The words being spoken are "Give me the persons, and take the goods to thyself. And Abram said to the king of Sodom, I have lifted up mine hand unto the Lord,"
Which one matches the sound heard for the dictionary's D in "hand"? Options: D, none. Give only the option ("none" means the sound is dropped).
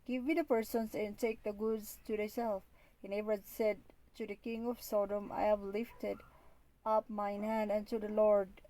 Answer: D